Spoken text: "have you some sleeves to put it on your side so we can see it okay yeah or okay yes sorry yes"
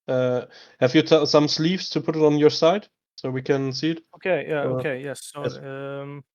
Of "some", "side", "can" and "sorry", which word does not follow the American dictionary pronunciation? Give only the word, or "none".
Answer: sorry